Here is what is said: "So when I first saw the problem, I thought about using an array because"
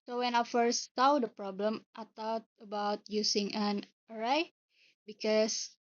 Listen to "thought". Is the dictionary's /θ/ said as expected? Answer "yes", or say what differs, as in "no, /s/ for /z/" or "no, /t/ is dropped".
no, /t/ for /θ/